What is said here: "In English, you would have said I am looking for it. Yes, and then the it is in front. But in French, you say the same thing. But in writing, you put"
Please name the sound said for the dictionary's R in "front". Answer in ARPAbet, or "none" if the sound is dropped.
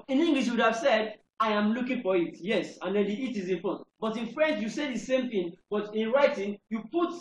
none